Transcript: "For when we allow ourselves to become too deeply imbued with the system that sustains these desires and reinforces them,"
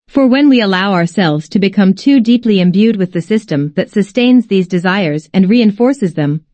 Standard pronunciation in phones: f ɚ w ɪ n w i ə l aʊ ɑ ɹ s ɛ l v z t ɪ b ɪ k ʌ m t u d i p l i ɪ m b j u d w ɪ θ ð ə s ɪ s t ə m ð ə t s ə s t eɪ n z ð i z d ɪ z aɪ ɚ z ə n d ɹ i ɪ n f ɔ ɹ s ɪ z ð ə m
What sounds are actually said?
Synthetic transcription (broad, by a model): f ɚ w ɪ n w i ə l aʊ ɑ ɹ s ɛ l v z t ɪ b ɪ k ʌ m t u d i p l i ɪ m b j u d w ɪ ð ə s ɪ s t ə m ð ə t s ə s t eɪ n z ð i z d ɪ z aɪ ɚ z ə n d ɹ i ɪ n f ɔ ɹ s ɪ z ð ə m